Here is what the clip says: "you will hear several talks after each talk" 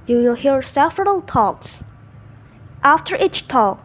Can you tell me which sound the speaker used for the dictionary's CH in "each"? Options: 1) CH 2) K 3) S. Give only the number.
1